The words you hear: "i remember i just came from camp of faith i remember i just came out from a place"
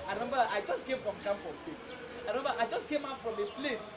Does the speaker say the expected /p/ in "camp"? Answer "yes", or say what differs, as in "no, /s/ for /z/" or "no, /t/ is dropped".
no, /f/ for /p/